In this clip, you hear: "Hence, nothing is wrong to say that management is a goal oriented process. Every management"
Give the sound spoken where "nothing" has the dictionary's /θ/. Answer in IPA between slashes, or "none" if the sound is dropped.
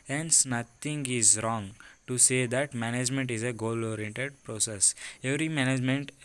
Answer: /t/